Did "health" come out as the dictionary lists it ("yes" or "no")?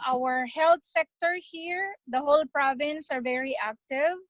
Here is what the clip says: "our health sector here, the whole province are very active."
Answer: no